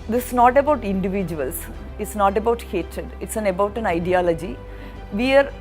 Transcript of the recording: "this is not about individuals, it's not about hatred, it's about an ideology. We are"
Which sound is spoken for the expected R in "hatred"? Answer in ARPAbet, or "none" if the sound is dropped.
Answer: R